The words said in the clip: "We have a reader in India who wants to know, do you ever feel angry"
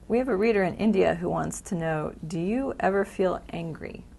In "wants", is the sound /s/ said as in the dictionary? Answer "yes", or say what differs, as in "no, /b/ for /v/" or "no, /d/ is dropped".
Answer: yes